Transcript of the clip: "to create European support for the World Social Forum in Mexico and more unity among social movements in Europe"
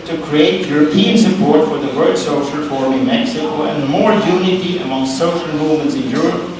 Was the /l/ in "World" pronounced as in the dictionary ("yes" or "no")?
no